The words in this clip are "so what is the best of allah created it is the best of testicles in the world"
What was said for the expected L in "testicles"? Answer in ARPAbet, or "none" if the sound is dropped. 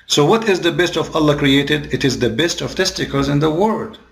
none